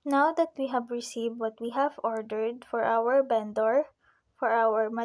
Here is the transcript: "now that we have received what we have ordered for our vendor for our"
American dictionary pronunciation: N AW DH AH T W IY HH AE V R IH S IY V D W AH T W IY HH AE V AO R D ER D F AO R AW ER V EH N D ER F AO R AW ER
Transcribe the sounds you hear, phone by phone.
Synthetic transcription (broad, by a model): N AW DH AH T W IY HH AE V R IH S IY V D W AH T W IY HH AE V AO R D ER D F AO R AW ER B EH N D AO F AO R AW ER